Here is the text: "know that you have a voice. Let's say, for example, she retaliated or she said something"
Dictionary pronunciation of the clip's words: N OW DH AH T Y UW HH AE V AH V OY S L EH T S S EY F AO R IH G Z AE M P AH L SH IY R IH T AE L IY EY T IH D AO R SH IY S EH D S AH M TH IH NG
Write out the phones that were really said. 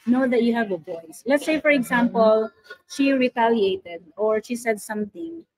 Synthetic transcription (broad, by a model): N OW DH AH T Y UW HH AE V AH B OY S L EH T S S EY F AO R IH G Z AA M P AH L SH IY R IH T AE L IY EY T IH D AO R SH IY S EH D S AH M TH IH NG